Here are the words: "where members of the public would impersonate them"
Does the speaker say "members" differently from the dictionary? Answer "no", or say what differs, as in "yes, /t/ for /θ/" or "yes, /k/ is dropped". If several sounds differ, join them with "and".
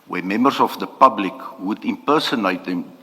yes, /s/ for /z/